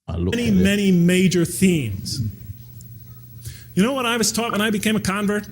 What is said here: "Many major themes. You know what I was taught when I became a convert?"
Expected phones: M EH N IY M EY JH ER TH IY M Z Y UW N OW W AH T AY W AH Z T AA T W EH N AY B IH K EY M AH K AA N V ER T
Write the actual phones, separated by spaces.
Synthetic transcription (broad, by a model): M EH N IY M EY JH ER TH IY M Z Y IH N OW W AH T AY W AH Z T AA T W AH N AY B IH K EY M AH K AA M V ER T